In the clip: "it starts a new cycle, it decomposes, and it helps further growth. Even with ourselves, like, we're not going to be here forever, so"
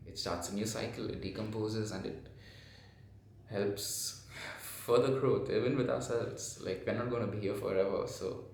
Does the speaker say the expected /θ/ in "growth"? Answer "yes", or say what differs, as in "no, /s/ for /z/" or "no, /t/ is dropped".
no, /t/ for /θ/